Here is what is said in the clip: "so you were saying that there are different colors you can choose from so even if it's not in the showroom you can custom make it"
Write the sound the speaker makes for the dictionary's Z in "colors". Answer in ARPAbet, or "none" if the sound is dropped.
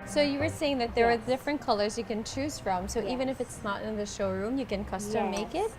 Z